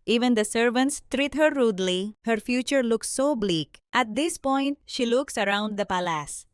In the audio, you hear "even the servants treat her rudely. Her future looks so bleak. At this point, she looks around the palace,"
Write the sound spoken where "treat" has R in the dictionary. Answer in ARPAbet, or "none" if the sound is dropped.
R